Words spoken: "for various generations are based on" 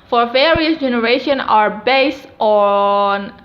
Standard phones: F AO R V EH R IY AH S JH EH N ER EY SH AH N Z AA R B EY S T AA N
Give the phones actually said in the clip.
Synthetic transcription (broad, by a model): F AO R V EH R IY AH S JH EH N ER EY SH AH N AA R B EY S T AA N